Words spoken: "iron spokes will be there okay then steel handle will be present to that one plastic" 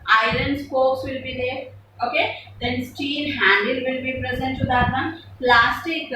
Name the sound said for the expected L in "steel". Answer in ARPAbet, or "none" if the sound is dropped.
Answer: N